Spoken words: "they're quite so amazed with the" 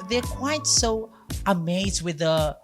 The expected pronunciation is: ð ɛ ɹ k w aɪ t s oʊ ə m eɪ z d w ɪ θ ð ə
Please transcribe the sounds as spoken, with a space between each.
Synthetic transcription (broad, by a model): ð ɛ ɹ k w aɪ t s oʊ ə m eɪ z d w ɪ ð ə